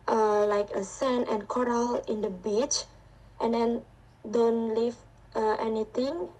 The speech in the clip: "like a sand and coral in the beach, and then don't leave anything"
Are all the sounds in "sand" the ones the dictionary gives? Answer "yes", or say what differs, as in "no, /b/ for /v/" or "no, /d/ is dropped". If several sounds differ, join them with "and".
no, /d/ is dropped